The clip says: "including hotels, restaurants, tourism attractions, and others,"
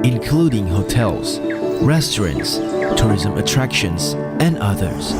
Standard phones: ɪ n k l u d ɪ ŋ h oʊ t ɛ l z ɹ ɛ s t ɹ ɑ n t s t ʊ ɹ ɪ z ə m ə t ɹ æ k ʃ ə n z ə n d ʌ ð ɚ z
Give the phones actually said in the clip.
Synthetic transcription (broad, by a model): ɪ n k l u d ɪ ŋ h oʊ t ɛ l z ɹ ɛ s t ɹ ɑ n t s t ʊ ɹ ɪ z ə m ə t ɹ æ k ʃ ə n z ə n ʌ ð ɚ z